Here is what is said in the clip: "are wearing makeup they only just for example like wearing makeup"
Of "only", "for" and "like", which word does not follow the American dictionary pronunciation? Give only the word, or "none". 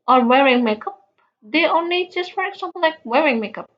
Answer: none